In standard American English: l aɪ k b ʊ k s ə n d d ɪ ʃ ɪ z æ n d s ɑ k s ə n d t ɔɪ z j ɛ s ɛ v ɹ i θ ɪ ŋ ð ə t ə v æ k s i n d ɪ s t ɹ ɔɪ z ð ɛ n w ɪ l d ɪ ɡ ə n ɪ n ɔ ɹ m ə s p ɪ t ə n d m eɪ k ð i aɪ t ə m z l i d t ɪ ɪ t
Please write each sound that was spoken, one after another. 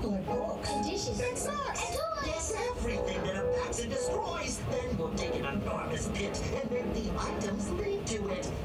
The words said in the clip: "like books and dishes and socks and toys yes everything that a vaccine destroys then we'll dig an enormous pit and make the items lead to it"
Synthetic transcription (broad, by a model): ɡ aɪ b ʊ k ə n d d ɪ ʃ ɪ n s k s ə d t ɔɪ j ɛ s ɛ v ɹ i θ ɪ ŋ ð ə t ə p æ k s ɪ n d ɪ s t ɹ ɔɪ z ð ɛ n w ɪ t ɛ ɪ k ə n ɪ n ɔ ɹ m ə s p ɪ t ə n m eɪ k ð i aɪ t ə m z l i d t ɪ ɪ t